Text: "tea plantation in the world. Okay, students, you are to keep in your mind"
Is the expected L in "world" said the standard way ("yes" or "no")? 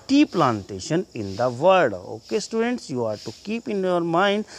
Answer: no